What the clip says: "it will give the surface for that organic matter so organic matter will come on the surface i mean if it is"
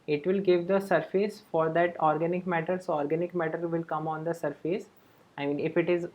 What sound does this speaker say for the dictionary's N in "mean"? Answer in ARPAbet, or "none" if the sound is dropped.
N